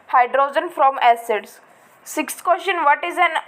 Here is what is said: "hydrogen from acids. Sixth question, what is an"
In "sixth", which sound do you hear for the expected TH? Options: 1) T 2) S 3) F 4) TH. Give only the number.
1